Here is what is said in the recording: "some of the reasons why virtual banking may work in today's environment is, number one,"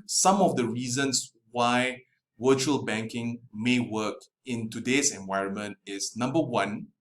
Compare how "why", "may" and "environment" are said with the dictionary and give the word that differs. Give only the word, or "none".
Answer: none